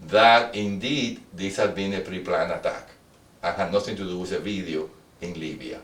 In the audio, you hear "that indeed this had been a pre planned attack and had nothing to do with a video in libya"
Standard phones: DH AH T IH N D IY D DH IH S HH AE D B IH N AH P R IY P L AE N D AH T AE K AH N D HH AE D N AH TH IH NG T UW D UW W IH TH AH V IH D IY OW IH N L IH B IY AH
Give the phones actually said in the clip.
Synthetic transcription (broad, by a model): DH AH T IH N D IY D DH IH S HH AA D B IH N AH P R IY P L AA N AH T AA K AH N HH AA N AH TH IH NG T UW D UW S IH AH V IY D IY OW IH N L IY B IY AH